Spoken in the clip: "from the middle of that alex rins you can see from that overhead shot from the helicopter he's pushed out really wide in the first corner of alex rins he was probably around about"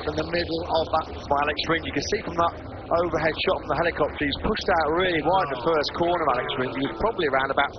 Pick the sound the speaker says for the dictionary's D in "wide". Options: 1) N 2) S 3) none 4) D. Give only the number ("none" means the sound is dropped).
3